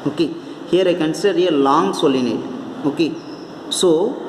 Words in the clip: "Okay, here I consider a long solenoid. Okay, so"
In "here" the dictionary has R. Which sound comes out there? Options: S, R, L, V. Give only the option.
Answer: R